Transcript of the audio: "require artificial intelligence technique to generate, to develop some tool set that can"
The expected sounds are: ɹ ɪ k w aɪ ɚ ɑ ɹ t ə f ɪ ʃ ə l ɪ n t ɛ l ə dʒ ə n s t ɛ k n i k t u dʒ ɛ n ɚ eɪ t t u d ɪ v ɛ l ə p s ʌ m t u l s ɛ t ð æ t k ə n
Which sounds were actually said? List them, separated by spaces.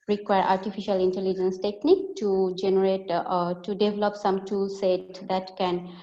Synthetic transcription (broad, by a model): ɹ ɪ k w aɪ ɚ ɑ ɹ t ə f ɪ ʃ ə l ɪ n t ɛ l ə dʒ ə n s t ɛ k n i k t u dʒ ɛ n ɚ eɪ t t u d ɪ v ɛ l ə p s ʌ m t u l s ɛ t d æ t k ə n